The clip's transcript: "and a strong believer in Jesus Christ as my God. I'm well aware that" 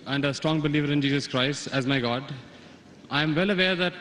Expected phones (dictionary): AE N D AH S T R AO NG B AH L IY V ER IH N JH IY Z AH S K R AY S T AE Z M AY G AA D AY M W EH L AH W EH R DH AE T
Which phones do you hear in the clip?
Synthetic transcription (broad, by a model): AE N D AH S T R AO NG B AH L IY V ER IH N JH IY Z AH S K R AY S T AE Z M AY G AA D AY M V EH L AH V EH R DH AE T